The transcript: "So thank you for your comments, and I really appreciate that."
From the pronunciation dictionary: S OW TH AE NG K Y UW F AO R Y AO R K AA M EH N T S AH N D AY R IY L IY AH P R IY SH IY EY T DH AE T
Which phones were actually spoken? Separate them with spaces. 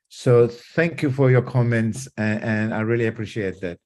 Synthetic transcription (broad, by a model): S OW TH AE NG K Y UW F AO R Y AO R K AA M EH N T S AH N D AY R IY L IY AH P R IY SH IY EY T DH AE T